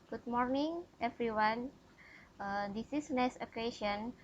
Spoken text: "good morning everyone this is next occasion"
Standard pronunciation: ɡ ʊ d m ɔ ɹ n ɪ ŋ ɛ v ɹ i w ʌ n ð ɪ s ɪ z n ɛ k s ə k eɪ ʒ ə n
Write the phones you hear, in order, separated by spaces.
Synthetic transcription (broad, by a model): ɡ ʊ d m ɔ ɹ n ɪ ŋ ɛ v ɹ i w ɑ n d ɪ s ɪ s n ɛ s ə k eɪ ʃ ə n